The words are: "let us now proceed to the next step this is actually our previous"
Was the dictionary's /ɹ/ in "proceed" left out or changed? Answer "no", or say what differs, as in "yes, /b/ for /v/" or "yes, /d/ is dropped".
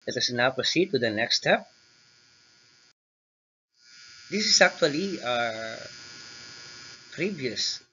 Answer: yes, /ɹ/ is dropped